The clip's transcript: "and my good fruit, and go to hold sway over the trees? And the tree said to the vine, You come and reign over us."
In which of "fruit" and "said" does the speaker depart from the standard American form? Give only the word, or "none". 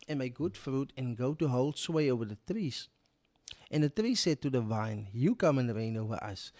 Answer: none